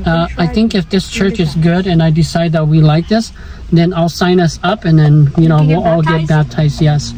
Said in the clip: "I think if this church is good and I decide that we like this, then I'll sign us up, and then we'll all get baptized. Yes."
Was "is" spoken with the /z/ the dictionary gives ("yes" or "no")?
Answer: yes